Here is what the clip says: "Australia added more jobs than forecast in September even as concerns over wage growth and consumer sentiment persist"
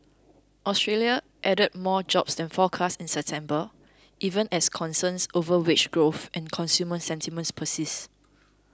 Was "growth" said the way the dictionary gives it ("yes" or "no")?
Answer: yes